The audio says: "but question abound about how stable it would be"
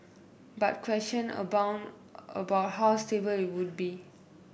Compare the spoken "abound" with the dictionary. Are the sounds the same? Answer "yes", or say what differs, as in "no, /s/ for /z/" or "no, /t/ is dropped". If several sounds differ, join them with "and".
no, /d/ is dropped